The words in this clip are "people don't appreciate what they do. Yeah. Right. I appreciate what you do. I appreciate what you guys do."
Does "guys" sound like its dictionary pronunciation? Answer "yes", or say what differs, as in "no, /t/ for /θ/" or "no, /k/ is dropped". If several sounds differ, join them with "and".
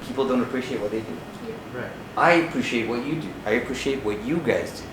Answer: yes